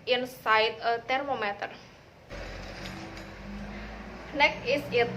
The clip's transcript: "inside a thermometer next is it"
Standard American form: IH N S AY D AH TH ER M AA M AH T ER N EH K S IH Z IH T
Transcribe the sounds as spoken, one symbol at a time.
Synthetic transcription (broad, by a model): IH N S AY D AH T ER M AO M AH T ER N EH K IH S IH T